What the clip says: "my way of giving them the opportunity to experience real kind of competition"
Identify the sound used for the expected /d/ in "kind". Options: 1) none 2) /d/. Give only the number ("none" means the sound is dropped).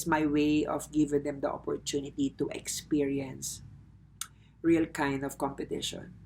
2